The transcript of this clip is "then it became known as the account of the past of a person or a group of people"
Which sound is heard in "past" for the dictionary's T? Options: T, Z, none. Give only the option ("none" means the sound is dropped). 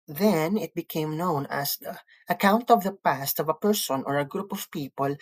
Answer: T